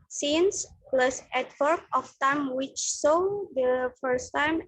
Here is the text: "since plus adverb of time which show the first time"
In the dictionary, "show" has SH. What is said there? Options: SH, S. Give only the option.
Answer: S